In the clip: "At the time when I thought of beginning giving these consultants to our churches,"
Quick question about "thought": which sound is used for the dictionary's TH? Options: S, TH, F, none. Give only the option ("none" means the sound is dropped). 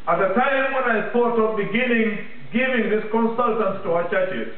S